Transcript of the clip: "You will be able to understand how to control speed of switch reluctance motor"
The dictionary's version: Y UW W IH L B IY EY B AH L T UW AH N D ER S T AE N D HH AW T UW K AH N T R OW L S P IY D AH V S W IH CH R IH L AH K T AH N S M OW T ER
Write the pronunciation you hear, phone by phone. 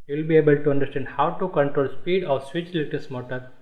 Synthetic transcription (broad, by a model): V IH L B IY EY B AH L T UW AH N D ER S T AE N D HH AW T UW K AH N T R OW L S P IY D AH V S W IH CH L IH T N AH S M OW T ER